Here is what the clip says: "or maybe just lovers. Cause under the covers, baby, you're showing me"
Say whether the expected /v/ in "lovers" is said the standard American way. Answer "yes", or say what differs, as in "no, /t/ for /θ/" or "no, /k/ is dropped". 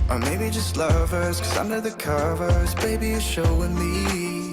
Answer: yes